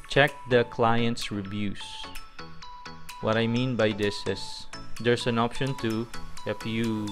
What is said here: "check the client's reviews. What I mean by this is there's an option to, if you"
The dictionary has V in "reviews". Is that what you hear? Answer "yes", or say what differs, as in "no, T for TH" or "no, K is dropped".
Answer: no, B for V